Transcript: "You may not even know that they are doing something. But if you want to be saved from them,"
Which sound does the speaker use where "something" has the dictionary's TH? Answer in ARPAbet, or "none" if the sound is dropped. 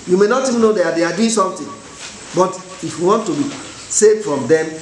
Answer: T